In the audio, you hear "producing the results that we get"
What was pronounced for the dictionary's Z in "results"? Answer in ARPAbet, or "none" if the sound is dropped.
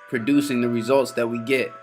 Z